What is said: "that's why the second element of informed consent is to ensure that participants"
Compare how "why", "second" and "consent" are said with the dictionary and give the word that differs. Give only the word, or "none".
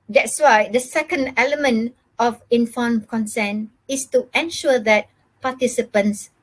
consent